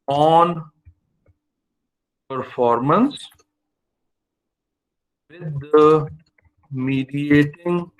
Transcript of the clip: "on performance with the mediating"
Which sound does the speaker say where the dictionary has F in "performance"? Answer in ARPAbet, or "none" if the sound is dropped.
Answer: F